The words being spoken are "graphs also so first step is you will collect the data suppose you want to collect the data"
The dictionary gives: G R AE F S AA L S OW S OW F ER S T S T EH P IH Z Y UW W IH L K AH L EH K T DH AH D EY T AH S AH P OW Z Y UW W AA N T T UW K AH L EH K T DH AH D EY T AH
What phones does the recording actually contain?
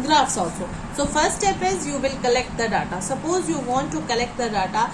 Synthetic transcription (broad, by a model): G R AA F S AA S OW S OW F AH T S T EH P IH Z Y UW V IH L K AH L EH K T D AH D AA T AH S AH P OW Z Y UW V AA N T T UW K AH L EH K T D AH D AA T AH